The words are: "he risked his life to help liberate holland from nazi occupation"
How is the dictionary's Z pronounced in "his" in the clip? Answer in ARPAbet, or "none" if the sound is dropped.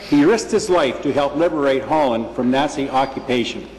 Z